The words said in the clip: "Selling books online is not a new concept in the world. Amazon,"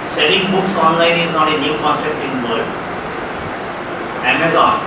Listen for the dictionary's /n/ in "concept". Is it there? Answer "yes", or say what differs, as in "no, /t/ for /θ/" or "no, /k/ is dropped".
no, /n/ is dropped